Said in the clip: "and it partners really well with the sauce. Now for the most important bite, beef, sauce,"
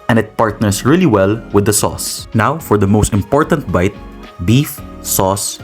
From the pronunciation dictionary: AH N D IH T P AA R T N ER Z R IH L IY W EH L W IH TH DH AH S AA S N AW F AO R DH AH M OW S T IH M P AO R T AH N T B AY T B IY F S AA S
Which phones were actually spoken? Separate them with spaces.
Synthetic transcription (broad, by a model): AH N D IH T P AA R T N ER S R IH L IY W EH L W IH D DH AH S AA S N AW F AO R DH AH M OW S T IH M P AO R T AH N T B AY T B IY F S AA S